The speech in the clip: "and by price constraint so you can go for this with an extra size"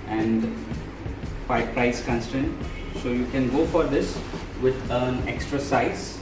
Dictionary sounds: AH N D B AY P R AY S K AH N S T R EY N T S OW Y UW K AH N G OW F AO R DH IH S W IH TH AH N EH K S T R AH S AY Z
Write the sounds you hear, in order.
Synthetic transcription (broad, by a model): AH N D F AY P R AY S K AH N S T EY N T S OW Y UW K AH N G OW F AO R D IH S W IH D AH N EH K S T R AH S AY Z